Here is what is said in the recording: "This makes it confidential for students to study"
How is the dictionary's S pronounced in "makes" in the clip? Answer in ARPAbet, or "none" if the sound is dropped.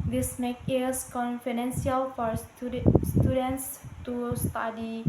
none